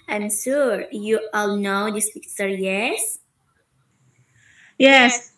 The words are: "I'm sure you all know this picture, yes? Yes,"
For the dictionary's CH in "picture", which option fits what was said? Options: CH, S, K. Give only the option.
S